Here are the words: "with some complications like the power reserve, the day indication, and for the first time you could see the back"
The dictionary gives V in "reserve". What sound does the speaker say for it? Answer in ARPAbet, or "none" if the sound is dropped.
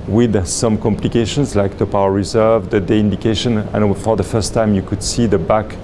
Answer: V